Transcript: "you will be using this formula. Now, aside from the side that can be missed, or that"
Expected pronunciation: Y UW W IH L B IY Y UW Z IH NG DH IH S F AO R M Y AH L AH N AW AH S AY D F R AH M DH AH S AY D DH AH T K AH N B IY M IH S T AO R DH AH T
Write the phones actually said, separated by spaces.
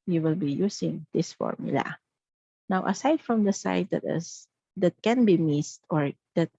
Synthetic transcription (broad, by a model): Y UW W IH L B IY Y UW S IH NG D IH S F AO R M Y AH L AH N AW AH S AY D F R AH M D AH S AY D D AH T K AH N B IY M IH S T AO R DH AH T